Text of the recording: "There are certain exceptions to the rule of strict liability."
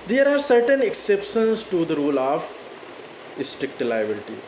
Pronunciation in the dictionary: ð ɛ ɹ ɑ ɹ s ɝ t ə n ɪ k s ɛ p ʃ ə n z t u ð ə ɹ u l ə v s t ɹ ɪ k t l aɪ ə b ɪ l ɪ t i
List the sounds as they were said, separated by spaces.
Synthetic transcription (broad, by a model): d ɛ ɹ ɑ ɹ s ɝ t ə n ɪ k s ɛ p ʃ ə n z t u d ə ɹ u l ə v s t ɹ ɪ k t l aɪ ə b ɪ l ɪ t i